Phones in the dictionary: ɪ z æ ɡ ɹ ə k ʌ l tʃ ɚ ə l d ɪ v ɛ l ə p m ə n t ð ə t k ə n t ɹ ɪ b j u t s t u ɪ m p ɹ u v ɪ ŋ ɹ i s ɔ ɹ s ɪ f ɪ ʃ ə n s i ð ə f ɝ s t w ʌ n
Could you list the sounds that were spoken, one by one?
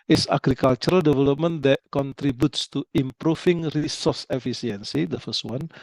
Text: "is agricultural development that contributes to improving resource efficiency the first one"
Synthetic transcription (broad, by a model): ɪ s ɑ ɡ ɹ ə k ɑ l tʃ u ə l d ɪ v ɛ l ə p m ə n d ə t k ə n t ɹ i b j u t s t u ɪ m p ɹ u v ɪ ŋ ɹ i s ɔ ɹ s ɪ f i s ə n s i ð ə f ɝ s t w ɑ n